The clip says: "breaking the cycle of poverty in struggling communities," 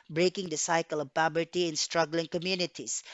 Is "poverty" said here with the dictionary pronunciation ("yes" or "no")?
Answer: no